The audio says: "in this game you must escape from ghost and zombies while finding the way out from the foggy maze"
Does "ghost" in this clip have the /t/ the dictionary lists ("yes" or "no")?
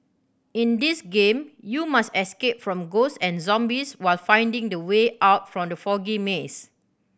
no